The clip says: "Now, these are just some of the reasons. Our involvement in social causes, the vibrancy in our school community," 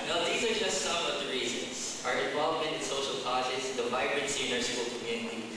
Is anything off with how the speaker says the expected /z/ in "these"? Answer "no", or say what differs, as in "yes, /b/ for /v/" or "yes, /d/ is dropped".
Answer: no